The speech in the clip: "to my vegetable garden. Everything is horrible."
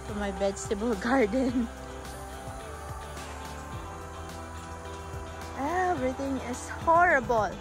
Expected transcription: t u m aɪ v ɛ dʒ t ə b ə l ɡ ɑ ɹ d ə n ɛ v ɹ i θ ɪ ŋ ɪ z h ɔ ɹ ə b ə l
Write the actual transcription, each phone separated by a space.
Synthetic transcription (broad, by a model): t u m aɪ b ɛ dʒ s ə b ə l ɡ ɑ ɹ d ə n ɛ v ɹ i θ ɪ ŋ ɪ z h ɔ ɹ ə b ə l